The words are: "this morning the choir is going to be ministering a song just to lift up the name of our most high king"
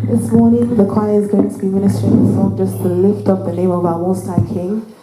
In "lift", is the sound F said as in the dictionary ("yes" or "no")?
yes